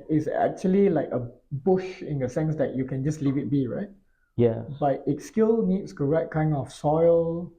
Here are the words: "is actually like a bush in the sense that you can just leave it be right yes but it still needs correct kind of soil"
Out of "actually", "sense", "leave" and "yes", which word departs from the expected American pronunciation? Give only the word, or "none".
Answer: yes